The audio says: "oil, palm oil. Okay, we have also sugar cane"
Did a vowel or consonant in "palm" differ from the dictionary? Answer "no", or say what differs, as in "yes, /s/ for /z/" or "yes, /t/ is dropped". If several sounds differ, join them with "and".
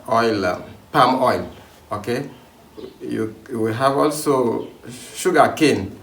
no